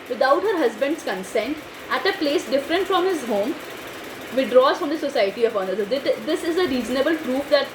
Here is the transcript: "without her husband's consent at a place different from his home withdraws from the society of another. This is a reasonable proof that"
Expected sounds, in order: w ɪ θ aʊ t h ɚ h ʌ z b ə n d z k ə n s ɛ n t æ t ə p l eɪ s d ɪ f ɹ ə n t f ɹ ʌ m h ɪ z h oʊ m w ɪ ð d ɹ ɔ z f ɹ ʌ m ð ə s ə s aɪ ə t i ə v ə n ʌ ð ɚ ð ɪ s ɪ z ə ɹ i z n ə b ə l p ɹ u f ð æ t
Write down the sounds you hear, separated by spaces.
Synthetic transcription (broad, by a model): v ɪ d aʊ t h ɚ h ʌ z b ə n d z k ə n s ɛ n t æ t ə p l eɪ s d ɪ f ɹ ə n t f ɹ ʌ m h ɪ z h oʊ m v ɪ d ɹ ɔ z f ɹ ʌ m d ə s ə s aɪ ə t i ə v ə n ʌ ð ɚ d ɪ s ɪ z ə ɹ i z n ə b ə l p ɹ u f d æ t